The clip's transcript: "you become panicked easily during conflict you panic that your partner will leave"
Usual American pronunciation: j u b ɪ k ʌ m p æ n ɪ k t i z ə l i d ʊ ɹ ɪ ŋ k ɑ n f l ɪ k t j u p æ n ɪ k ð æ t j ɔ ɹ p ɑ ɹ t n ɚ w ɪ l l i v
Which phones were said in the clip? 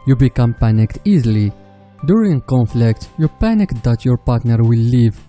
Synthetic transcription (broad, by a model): j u b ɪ k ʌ m p æ n ɪ k t i z ə l i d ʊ ɹ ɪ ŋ k ɑ n f l ɪ k t j u p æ n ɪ k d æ t j ɔ ɹ p ɑ ɹ t n ɚ w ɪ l l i v